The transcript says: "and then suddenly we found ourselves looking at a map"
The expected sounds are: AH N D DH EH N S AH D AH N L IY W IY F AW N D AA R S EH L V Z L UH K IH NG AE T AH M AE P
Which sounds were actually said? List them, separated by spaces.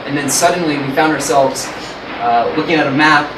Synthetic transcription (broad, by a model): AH N DH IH N S AH D N L IY W IY F AW N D AA R S EH L V Z L UH K IH NG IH T AH M AE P